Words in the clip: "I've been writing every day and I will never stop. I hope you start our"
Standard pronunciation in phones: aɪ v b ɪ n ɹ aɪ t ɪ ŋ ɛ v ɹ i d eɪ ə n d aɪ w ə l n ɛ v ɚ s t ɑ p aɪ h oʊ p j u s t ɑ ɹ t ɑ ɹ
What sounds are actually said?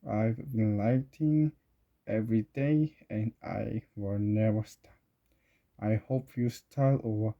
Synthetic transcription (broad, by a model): aɪ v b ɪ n l aɪ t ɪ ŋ ɛ v ɹ i d eɪ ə n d aɪ w ə l n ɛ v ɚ s t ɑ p aɪ h oʊ p j u s t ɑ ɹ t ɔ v